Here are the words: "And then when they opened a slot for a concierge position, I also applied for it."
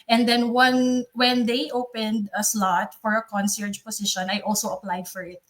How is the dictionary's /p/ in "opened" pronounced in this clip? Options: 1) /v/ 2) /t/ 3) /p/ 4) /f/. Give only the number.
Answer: 3